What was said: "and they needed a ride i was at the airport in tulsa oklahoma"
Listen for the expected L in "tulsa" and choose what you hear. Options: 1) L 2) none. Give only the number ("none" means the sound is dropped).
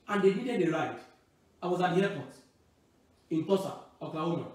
2